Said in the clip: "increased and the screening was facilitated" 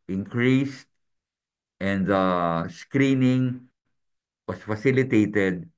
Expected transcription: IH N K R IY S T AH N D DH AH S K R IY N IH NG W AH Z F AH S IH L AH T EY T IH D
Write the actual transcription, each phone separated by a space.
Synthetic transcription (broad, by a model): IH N K R IY S T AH N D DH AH S K R IY N IH NG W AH S F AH S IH L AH T EY T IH D